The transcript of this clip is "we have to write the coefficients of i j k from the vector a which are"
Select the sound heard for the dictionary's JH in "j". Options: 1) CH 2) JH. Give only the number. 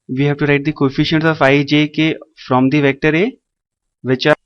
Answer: 2